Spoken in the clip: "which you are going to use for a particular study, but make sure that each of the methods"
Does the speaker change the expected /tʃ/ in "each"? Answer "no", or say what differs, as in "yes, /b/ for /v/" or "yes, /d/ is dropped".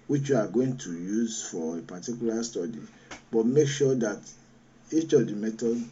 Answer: no